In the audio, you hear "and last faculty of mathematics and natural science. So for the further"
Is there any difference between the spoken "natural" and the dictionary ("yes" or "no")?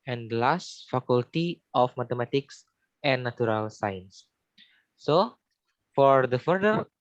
yes